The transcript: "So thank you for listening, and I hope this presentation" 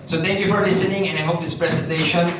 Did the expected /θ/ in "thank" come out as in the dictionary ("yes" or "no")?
no